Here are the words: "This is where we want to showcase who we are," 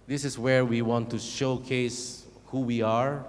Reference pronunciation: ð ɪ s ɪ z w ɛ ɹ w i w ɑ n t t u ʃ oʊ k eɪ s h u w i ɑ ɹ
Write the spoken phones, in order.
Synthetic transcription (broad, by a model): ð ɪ s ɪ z w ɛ ɹ w i w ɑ n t t u ʃ oʊ k eɪ s h u w i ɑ ɹ